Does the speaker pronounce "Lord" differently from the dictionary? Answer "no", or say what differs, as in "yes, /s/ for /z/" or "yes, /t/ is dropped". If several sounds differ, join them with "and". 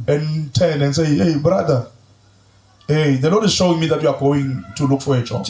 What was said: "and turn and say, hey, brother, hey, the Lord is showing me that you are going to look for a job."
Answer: yes, /n/ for /l/